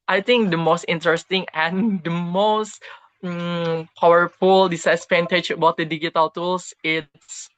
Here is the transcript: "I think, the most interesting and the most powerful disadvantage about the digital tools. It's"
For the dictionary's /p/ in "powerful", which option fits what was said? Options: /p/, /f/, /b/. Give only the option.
/p/